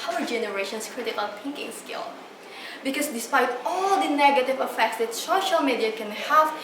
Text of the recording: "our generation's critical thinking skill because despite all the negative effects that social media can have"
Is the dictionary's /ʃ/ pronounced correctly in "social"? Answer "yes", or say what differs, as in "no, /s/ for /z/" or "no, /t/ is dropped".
yes